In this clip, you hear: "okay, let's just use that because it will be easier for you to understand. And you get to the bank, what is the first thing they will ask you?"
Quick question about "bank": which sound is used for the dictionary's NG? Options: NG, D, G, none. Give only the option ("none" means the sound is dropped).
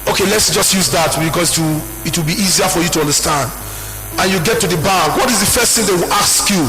none